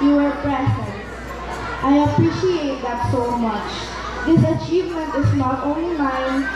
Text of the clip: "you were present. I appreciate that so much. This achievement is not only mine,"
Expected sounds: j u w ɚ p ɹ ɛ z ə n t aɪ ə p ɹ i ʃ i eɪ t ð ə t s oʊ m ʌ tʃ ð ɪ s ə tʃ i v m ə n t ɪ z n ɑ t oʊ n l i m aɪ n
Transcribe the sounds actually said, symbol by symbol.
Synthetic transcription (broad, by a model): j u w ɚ b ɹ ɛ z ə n t aɪ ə p ɹ i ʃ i eɪ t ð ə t s oʊ m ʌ tʃ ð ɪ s ə tʃ i v m ə n t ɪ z n ɑ t oʊ n l i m aɪ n